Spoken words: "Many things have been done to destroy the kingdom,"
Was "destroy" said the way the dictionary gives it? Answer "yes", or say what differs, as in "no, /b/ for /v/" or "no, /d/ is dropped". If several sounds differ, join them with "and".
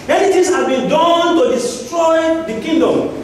yes